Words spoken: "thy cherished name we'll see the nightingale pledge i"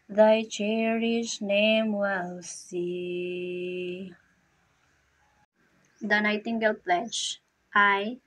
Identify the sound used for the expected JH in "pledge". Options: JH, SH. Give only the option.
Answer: SH